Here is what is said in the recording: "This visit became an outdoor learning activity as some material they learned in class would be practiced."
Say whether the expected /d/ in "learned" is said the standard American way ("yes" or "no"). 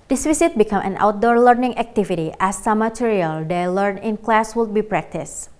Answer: no